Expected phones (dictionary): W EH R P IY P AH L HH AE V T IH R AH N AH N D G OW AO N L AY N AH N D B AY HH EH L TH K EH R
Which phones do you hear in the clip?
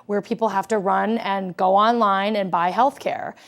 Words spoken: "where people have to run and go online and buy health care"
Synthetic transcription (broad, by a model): W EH R P IY P L HH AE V T IH R AH N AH N G OW AO N L AY N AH N B AY HH EH L TH K EH R